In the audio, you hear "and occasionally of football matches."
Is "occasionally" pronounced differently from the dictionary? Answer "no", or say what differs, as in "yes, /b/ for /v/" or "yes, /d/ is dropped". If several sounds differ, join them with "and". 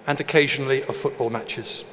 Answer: no